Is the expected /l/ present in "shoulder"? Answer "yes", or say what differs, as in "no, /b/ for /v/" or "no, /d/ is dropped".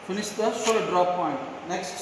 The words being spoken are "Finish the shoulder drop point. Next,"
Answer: no, /l/ is dropped